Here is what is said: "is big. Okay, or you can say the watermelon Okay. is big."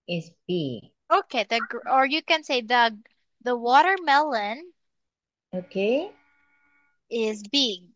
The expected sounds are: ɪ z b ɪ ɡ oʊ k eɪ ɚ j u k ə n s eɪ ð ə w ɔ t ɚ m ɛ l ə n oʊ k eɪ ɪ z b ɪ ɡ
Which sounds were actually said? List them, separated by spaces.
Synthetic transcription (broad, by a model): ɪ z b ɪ ɡ oʊ k eɪ ɚ j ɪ k ə n s eɪ ð ə w ɔ t ɚ m ɛ l ə n oʊ k eɪ ɪ z b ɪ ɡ